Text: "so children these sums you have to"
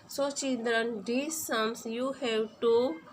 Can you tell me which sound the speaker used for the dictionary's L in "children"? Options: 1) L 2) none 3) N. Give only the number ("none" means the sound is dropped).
3